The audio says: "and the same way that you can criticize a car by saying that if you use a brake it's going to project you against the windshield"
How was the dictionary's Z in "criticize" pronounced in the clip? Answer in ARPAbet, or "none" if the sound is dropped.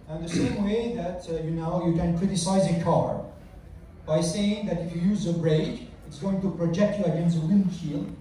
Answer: Z